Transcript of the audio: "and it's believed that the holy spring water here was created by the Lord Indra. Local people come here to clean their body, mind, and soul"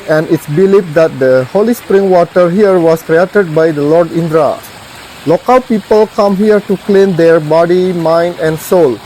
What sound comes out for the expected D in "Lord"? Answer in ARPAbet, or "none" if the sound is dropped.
D